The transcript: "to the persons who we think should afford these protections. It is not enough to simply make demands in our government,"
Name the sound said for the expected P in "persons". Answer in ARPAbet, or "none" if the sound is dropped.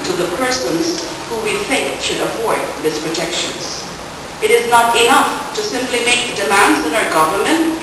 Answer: P